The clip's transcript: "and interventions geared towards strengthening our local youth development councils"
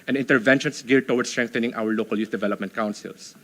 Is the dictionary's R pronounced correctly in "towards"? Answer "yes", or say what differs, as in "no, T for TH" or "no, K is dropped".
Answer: no, W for R